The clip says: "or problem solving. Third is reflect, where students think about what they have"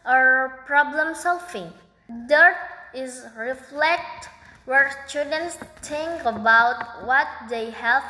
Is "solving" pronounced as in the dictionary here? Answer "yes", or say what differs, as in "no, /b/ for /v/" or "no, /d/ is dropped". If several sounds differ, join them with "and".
no, /f/ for /v/